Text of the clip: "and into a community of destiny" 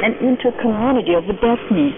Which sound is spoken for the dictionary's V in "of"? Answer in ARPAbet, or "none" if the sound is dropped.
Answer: V